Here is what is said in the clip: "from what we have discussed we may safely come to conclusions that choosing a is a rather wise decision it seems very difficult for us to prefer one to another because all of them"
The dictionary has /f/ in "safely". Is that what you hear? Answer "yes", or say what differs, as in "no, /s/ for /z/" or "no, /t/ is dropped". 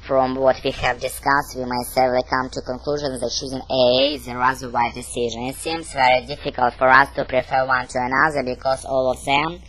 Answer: no, /f/ is dropped